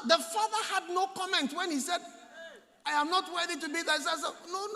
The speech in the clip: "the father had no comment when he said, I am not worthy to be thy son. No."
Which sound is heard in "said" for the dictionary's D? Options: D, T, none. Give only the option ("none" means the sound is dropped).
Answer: D